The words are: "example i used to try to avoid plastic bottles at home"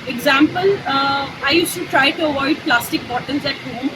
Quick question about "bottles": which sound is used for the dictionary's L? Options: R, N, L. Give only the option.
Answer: N